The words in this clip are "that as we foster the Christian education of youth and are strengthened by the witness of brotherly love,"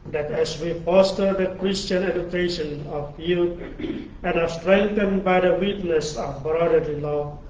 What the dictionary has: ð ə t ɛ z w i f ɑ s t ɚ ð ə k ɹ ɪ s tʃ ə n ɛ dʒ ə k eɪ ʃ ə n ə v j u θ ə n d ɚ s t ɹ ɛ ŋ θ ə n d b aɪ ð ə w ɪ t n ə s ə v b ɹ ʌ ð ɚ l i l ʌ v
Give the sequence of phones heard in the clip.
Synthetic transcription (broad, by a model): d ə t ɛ s w i f ɑ s t ɚ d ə k ɹ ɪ s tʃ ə n ɛ dʒ ə k eɪ ʃ ə n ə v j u t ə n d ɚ s t ɹ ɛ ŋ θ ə n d b aɪ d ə w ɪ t n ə s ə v b ɹ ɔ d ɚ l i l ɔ